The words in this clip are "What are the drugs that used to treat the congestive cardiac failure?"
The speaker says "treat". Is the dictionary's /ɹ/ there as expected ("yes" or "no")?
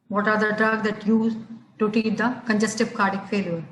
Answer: no